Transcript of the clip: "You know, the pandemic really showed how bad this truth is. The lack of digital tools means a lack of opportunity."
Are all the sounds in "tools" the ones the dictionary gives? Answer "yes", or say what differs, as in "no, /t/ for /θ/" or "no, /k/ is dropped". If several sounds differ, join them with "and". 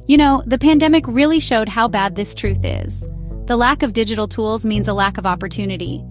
yes